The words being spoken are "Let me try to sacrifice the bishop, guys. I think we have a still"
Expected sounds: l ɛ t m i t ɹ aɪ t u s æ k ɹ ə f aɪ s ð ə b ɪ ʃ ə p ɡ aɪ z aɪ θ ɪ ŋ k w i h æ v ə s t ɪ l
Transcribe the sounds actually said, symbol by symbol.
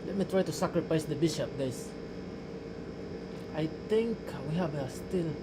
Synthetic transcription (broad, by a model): l ɛ t m i t ɹ aɪ t u s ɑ k ɹ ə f aɪ s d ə b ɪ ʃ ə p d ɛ s aɪ t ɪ ŋ k w i h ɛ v ə s t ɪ l